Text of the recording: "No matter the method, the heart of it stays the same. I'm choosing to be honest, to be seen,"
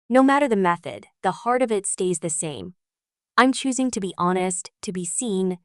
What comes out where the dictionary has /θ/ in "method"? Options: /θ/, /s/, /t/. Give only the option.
/θ/